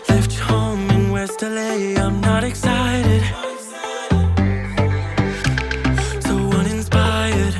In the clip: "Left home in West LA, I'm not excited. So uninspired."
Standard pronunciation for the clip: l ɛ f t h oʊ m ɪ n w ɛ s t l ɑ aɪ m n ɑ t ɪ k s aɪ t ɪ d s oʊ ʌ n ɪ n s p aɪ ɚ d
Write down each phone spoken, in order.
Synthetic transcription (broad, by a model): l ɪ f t h oʊ ɪ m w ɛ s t l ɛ aɪ m n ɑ t ɪ k s aɪ t ɪ d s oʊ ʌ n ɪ n s p aɪ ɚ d